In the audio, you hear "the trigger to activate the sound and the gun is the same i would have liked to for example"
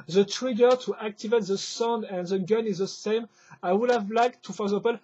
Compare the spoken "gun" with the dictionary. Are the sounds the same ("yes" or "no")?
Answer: yes